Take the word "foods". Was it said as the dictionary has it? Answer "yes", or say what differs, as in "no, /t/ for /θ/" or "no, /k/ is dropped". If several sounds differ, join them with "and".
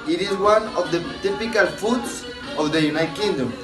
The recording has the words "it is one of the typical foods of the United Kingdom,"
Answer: no, /s/ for /z/